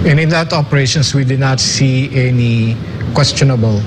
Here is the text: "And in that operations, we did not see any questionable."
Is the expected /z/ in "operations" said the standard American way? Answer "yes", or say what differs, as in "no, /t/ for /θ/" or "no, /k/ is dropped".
no, /s/ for /z/